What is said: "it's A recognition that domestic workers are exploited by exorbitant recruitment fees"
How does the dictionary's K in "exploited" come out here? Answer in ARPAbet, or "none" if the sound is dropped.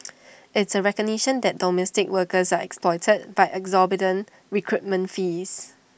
K